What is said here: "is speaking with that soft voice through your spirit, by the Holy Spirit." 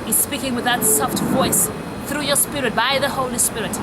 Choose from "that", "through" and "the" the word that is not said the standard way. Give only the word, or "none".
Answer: none